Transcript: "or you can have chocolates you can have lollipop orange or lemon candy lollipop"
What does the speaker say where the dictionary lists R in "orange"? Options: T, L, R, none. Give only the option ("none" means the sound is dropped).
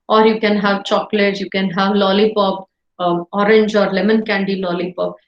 R